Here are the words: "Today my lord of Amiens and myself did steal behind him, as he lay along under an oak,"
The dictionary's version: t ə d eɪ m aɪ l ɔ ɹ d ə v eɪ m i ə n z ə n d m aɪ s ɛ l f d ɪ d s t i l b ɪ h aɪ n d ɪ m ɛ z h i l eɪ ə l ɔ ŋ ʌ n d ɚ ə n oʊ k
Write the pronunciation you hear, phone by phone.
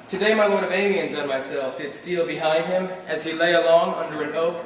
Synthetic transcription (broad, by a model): t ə d eɪ m aɪ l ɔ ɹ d ə v eɪ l i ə n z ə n m aɪ s ɛ l f d ɪ d s t i l b ɪ h aɪ n d ɪ m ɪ z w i l eɪ ə l ɔ ŋ ʌ n d ɚ ə n oʊ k